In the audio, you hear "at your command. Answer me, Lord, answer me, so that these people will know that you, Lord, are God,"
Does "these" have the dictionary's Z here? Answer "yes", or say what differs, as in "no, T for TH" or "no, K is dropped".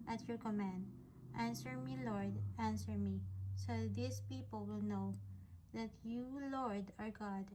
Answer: no, S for Z